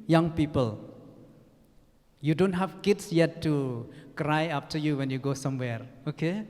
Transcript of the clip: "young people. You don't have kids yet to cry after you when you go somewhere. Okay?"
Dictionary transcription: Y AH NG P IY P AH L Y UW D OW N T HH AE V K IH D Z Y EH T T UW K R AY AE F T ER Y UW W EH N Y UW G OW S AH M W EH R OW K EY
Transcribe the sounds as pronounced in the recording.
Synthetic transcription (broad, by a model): Y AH NG P IY P AH L Y UW D OW N T HH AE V K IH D S Y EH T T UW K R AY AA P T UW Y UW W EH N Y UW G OW S AH M W EH R OW K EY